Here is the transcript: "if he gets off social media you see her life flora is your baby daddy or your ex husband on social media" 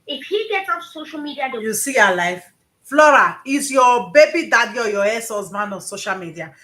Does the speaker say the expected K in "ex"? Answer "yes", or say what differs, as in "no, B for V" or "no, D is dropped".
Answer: no, K is dropped